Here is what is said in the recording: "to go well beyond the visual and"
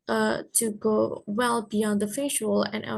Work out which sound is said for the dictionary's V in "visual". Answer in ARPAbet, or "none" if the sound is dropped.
F